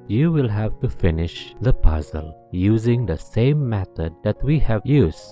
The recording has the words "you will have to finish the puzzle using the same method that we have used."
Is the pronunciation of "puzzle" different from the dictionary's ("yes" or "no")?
no